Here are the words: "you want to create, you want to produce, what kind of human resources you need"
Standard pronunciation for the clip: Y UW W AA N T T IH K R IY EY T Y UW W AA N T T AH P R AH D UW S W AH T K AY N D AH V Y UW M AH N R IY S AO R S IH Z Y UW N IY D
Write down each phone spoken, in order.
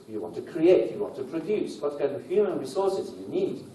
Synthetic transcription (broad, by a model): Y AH W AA N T T IH K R IY EY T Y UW W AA N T T AH P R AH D UW S W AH T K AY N AH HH Y UW M AH N R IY S AO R S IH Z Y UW N IY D